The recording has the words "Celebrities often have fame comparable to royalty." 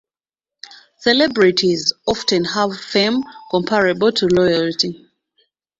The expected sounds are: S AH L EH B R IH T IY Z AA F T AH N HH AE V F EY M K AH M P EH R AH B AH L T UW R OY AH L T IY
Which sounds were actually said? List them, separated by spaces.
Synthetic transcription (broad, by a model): S AH L EH B R IH T IY Z AA F T AH N HH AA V F EY M K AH M P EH R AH B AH L T UW L OY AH L T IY